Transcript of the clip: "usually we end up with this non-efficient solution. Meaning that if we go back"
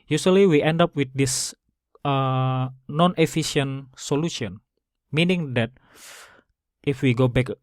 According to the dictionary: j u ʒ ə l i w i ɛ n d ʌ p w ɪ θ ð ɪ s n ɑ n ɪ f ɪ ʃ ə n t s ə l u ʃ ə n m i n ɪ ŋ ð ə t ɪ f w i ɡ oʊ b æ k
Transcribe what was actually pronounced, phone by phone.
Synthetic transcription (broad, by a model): j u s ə l i w i ɛ n d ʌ p w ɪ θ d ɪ s n ɑ n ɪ f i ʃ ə n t s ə l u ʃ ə n m i n ɪ ŋ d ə t ɪ f w i ɡ oʊ b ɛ k